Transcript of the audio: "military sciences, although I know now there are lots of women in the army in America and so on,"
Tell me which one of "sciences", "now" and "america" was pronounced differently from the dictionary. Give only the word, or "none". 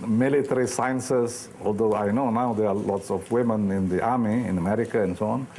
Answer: sciences